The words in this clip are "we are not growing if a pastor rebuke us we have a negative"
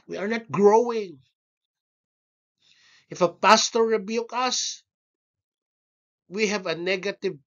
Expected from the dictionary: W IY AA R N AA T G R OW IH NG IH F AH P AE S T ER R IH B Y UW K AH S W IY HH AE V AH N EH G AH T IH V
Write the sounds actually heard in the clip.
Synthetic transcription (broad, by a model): W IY AA R N AA T G R OW IH NG IH F AH P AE S T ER R IH B Y UW K AH S W IY HH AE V AH N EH G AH T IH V